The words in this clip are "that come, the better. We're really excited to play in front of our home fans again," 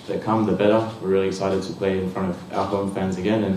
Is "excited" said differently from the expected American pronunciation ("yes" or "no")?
yes